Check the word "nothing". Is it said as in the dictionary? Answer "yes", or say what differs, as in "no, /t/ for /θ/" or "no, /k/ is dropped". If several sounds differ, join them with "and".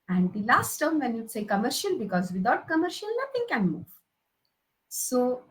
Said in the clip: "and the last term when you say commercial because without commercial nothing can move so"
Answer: no, /t/ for /θ/